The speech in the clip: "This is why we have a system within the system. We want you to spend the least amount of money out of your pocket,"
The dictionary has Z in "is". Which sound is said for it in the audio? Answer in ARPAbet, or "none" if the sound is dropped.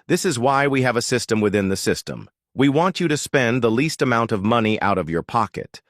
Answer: Z